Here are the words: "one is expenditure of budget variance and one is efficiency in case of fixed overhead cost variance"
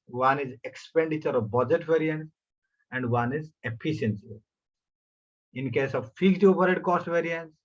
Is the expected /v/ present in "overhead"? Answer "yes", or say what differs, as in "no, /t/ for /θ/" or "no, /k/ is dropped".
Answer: no, /p/ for /v/